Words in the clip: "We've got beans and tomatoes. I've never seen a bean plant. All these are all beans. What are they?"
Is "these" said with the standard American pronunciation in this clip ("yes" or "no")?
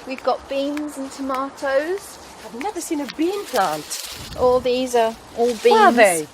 yes